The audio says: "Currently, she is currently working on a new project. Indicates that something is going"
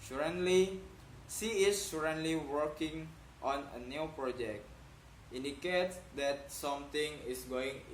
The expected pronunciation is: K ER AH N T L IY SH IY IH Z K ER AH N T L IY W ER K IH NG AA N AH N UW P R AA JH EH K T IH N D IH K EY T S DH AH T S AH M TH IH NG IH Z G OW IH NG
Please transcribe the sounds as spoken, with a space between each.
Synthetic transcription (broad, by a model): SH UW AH N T L IY S IY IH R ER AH N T L IY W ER K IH NG AA N AH N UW P R AA JH EH K T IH N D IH K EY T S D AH T S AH M T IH NG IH S G OW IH NG